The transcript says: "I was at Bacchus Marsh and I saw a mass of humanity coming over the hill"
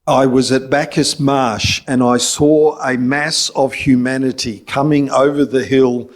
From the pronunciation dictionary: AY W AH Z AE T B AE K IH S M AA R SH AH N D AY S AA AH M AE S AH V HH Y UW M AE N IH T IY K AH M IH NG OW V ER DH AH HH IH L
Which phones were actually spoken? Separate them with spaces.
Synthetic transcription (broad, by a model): AY W AH Z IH T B AE K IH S M AA R SH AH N AY S AA AH M AE S AH V HH Y UW M AE N IH T IY K AH M IH NG OW V ER DH AH HH IH L